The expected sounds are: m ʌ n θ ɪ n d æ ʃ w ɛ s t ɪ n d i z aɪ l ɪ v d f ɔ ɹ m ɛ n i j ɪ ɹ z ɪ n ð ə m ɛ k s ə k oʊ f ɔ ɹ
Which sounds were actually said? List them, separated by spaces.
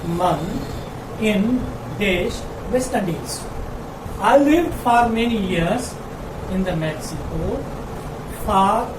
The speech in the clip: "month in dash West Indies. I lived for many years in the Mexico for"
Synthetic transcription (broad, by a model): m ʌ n ɪ n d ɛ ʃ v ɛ s t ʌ d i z aɪ l ɪ v d f ɔ ɹ m ɛ n i j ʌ ɹ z ɪ n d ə m ɛ k s ə k oʊ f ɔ ɹ